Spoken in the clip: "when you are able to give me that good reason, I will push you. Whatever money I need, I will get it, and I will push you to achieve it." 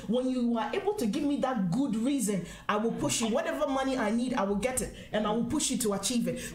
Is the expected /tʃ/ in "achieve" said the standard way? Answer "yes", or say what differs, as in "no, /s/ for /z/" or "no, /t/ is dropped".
yes